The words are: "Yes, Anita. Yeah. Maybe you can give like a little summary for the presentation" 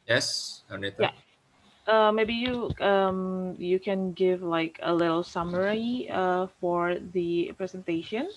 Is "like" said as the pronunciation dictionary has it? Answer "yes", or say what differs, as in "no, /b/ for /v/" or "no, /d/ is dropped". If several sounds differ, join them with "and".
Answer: yes